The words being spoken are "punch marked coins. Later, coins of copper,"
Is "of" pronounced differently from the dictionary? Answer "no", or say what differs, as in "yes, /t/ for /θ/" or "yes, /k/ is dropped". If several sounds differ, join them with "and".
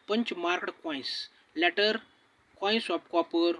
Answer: yes, /p/ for /v/